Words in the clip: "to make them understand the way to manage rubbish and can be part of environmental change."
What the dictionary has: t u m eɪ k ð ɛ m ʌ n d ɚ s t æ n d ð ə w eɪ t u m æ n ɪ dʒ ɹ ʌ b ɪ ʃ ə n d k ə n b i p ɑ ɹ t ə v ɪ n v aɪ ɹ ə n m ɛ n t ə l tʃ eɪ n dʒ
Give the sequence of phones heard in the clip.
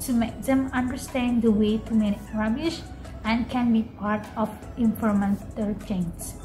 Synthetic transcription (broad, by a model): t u m eɪ k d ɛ m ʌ n d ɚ s t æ n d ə w eɪ t u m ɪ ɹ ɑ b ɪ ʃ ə n k ə n b i p ɑ ɹ t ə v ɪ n f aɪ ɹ m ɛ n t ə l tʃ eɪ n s